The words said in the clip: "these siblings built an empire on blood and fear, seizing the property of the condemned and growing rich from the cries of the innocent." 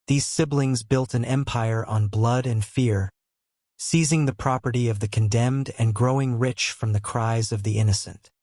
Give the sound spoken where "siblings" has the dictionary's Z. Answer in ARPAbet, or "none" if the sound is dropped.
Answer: Z